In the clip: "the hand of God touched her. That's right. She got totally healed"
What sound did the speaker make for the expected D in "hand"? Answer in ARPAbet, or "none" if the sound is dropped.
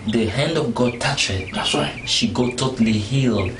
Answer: D